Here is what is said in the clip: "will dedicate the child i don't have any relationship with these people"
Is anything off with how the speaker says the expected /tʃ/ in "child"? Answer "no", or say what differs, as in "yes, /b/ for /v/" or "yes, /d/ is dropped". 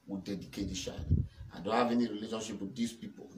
yes, /ʃ/ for /tʃ/